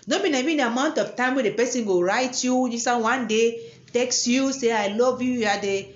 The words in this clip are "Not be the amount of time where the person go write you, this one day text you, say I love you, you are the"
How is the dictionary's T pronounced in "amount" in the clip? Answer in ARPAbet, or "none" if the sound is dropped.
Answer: T